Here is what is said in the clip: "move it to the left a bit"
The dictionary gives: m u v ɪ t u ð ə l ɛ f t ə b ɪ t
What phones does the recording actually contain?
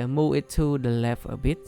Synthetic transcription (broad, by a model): m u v ɪ t u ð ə l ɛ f ə b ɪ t